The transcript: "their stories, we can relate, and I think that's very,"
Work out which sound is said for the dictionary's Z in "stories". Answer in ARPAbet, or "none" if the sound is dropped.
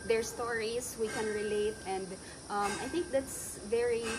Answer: S